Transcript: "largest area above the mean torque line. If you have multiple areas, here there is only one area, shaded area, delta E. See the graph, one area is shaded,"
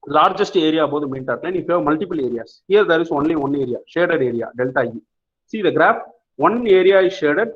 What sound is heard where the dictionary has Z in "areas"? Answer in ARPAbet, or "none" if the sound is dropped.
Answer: S